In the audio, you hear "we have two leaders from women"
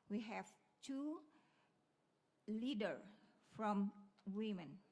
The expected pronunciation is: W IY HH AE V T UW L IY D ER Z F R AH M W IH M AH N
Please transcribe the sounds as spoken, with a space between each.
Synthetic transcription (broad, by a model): W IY HH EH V T UW L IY D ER F R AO M W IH M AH N